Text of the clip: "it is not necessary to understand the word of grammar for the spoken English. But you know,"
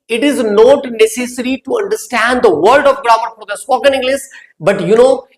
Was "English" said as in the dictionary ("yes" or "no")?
no